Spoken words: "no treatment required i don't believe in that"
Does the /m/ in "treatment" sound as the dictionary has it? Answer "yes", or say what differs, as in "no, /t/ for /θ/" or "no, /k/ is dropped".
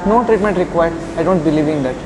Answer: yes